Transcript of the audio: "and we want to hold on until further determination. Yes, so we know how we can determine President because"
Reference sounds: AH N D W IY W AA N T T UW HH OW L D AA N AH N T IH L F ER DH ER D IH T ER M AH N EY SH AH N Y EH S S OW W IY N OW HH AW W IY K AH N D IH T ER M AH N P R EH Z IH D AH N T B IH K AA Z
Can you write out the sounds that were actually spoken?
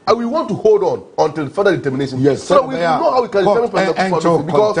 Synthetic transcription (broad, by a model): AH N W IY W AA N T T UW HH OW L D AA N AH N T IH L F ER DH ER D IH T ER M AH N EY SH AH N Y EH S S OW W IY N OW HH AW W IY K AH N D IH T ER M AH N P EH S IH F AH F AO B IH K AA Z